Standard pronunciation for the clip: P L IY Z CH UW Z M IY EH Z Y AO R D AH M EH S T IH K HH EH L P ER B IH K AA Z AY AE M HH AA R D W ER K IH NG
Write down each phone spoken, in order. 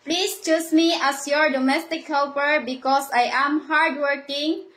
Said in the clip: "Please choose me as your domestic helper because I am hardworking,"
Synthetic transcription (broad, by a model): P L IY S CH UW S M IY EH S Y AO R D AH M EH S T IH K HH EH L P ER B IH K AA S AY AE M HH AA R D W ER K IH NG